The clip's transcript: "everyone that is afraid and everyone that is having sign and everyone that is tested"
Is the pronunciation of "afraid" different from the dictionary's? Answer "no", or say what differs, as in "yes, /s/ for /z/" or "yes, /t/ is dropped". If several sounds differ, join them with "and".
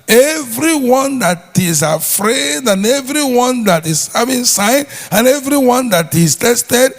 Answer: no